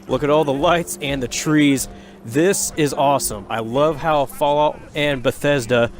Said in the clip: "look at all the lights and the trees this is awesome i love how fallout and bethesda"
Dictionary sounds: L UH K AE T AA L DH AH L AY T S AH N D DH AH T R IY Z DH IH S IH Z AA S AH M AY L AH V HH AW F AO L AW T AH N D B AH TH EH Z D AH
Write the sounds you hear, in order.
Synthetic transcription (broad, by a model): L UH K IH T AA L DH AH L AY T S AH N DH AH T R IY Z DH IH S IH Z AA S AH M AY L AH V HH AW F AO L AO AH N B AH TH EH Z D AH